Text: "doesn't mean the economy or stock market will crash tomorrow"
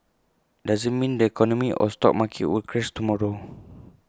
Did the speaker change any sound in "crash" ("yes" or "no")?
yes